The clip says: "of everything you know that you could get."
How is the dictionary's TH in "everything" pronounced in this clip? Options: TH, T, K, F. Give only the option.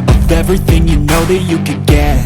TH